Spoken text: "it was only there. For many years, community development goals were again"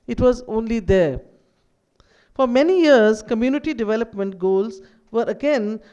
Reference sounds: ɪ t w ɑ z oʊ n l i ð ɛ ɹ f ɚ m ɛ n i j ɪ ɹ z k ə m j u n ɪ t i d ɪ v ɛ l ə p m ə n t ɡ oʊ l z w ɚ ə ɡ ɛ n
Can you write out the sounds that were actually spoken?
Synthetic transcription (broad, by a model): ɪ t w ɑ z oʊ n l i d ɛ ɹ f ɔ m ɛ n i j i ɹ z k ə m j u n ɪ t i d ɪ v ɛ l ə p m ə n t ɡ oʊ l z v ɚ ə ɡ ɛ n